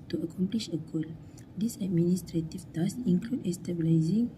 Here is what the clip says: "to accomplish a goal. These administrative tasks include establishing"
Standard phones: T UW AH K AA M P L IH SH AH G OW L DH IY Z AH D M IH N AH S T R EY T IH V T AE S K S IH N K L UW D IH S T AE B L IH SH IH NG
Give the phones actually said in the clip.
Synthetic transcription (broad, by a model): T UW AH K AA M P L IH SH AH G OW L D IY S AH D M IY N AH S T R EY T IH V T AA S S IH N K L UW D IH S T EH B L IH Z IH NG